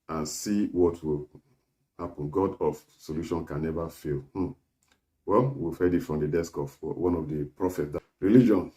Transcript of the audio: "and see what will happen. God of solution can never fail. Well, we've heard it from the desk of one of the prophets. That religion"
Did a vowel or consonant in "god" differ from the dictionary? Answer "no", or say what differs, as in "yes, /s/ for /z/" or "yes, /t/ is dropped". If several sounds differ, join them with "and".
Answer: no